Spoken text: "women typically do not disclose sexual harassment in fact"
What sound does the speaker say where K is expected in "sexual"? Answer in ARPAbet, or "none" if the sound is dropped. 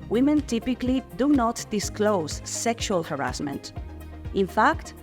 K